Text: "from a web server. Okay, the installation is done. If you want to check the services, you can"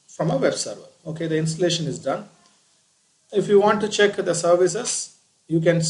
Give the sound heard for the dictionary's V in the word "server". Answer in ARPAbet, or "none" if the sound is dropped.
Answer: V